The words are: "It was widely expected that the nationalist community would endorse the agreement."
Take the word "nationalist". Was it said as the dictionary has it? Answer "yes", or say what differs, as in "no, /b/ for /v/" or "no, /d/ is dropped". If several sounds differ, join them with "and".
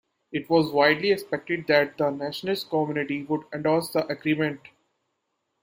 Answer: no, /n/ is dropped and /n/ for /l/